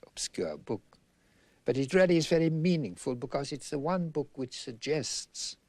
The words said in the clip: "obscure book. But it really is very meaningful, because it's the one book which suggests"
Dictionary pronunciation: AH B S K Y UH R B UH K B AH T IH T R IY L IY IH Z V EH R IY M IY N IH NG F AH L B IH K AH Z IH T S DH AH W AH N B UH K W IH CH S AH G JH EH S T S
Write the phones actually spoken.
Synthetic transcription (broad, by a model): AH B S K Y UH R B UH K B AH T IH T R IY L IY IH Z V EH R IY M IY N IH NG F AH L B IH K AH Z IH T S DH AH W AH N B UH K W IH CH S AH G JH EH S T S